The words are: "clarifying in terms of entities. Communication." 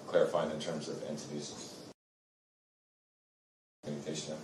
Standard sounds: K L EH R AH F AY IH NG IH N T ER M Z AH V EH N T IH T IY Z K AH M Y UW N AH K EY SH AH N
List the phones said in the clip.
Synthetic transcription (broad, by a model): K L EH R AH F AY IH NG IH N T ER M Z AH V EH N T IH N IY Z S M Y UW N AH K EY SH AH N